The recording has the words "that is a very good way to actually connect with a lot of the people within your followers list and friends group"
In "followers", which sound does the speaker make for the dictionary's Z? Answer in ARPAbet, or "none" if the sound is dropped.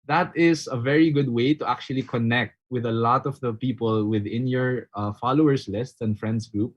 S